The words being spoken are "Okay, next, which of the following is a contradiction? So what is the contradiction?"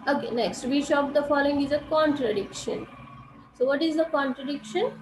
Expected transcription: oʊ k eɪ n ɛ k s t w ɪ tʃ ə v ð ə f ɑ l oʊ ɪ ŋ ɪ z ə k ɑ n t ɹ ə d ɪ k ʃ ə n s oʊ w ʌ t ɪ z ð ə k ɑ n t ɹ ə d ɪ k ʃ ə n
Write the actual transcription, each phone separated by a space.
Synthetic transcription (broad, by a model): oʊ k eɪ n ɛ k s t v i ʃ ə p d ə f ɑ l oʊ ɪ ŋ ɪ z ə k ɑ n t ɹ ə d ɪ k ʃ ə n s oʊ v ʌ t ɪ z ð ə k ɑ n t ɹ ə d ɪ k ʃ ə n